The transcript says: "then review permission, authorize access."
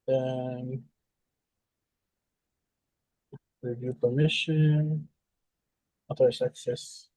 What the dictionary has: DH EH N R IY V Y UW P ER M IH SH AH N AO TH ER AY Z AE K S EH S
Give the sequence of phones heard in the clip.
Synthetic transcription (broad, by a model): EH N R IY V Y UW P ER M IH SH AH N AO T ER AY S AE K S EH S